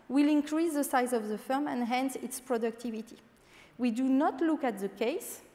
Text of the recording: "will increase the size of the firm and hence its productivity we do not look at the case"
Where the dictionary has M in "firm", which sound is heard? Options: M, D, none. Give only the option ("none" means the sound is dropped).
M